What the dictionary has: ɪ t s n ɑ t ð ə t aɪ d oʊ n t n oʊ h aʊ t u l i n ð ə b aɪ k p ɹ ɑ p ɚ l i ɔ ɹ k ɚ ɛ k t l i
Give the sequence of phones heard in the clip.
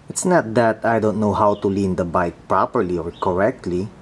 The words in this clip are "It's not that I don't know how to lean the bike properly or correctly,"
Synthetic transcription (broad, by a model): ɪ t s n ɑ t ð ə t aɪ d oʊ n t n oʊ h aʊ t u l i n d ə b aɪ k p ɹ ɑ p ɚ l i ɔ ɹ k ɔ ɛ k t l i